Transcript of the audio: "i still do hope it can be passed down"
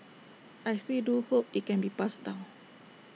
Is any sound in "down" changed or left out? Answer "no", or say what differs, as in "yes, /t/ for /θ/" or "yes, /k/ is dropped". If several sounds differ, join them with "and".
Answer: yes, /l/ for /n/